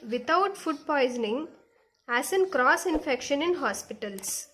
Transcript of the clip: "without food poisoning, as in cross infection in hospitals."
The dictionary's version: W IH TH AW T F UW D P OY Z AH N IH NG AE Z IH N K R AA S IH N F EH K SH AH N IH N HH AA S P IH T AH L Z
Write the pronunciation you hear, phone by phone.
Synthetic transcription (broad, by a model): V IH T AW T F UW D P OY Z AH N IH NG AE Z IH N K R AA S IH N F EH K SH AH N IH N HH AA S P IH T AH L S